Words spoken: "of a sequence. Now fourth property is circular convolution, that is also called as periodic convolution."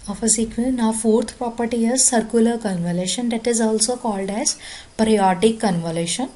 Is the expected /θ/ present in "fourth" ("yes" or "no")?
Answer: no